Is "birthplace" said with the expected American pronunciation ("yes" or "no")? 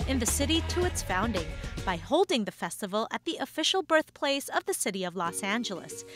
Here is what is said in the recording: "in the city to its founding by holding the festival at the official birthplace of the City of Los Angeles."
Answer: yes